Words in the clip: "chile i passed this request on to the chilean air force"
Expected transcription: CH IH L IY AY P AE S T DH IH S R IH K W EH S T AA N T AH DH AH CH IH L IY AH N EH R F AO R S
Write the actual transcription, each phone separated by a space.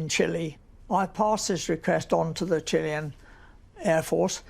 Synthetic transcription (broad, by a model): CH IH L IY AY P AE S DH IH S R IH K W EH S T N T AH DH AH CH IH L IY AH N EH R F AO R S